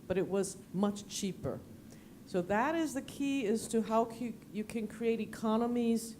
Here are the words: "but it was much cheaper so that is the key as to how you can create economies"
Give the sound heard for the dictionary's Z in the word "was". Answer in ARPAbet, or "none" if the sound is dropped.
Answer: Z